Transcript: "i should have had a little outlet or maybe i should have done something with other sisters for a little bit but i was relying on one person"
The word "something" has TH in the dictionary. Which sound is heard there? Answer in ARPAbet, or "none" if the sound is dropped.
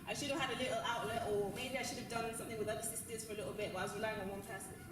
TH